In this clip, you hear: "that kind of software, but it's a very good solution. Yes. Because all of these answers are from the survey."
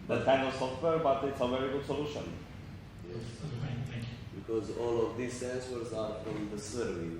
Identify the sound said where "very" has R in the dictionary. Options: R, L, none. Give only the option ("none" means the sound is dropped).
R